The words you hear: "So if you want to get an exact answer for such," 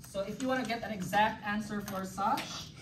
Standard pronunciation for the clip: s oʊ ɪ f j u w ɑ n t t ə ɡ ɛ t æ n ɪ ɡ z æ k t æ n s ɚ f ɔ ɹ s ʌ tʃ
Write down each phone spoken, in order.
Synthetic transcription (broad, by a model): s oʊ ɪ f j u w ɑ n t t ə ɡ ɛ t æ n ɪ ɡ z æ k t æ n s ɚ f ɔ ɹ s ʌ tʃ